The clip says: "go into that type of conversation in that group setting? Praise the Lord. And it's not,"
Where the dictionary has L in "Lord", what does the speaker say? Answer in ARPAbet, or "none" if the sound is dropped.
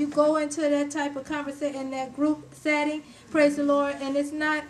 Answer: L